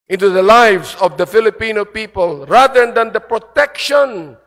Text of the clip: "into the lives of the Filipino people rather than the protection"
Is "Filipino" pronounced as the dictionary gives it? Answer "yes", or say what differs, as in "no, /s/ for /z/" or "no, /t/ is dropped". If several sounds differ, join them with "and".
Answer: yes